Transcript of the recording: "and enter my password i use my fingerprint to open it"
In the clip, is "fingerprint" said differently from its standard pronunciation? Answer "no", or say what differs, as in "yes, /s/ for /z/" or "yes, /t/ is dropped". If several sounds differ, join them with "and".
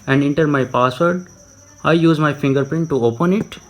no